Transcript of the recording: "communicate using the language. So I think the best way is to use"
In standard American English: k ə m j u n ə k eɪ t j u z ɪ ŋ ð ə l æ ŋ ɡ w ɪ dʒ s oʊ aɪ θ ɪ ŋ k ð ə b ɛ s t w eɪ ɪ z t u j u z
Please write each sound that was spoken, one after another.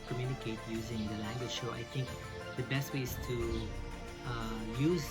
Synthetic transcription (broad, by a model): k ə m j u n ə k eɪ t j u z ɪ ŋ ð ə l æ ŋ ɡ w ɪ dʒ ʃ oʊ aɪ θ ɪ ŋ k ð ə b ɛ s t w eɪ ɪ z t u j u z